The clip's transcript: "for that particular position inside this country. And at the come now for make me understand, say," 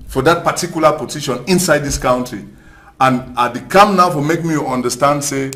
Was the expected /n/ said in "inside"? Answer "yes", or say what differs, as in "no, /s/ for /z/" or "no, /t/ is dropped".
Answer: yes